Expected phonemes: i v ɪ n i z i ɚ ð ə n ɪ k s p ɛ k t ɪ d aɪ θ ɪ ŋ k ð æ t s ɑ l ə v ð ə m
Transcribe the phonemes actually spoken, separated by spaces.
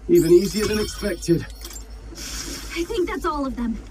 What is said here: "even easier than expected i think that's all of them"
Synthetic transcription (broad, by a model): i v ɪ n i z i ɚ ð ə n ɪ k s p ɛ k t ɪ d aɪ θ ɪ ŋ k ð æ t s ɑ l ə v ð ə m